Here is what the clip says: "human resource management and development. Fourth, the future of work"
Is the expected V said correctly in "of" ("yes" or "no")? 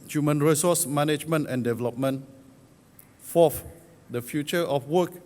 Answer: no